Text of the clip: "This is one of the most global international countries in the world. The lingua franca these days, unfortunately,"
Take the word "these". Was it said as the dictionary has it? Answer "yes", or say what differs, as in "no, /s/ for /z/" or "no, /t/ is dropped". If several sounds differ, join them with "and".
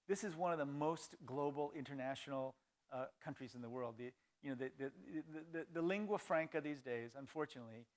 yes